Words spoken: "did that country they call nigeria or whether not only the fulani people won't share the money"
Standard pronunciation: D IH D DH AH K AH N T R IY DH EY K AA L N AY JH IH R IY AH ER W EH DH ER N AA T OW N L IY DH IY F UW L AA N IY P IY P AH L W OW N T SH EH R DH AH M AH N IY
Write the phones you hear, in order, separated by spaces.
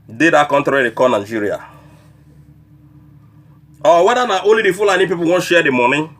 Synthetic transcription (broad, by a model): D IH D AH K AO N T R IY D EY K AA N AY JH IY R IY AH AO W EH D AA N AA T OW L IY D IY F UW L AA N IY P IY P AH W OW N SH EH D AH M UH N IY